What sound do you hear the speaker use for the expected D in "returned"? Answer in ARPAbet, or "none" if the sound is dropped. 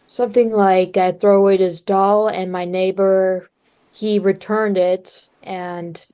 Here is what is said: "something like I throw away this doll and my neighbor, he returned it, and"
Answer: D